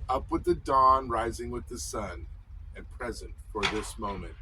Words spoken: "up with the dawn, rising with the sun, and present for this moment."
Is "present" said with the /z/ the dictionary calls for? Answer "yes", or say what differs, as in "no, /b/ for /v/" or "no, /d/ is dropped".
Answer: yes